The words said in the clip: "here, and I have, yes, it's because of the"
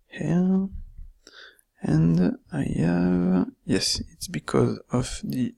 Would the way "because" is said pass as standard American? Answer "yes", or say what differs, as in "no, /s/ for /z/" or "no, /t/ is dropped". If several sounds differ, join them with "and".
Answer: yes